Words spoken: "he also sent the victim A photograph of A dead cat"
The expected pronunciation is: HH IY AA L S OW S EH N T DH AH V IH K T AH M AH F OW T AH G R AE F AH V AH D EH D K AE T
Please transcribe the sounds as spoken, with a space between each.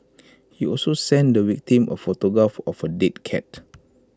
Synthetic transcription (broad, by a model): HH IY AA L S OW S EH N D AH W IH K T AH M AH F OW T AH G R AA F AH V AH D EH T K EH T